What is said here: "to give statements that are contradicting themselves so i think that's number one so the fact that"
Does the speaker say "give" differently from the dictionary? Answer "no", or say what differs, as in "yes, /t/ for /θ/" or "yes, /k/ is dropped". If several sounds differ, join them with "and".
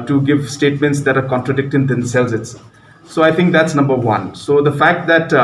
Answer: no